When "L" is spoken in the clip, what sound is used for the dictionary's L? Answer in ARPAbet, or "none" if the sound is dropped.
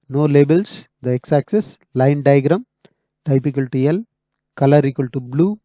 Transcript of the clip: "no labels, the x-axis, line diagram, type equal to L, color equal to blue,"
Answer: L